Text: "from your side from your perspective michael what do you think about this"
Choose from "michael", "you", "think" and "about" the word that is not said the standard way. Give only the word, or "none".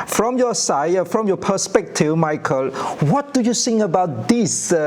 think